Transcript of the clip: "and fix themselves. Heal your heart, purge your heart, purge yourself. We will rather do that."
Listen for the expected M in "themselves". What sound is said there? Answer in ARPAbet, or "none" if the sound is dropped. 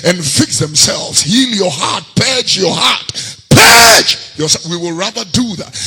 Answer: M